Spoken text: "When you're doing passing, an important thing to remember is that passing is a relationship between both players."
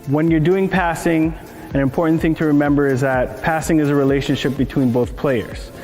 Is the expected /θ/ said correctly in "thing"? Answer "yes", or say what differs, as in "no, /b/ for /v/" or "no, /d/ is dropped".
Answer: yes